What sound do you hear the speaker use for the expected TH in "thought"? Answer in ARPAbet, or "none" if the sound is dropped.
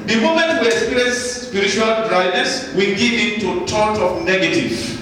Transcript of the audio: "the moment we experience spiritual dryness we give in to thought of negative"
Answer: T